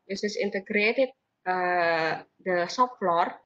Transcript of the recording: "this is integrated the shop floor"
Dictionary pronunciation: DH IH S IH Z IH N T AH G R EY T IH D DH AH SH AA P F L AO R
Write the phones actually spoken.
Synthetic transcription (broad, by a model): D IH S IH S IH N T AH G R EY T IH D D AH S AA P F L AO R